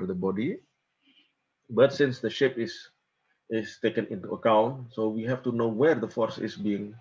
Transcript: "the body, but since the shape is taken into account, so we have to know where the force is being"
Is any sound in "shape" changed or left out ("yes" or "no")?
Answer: no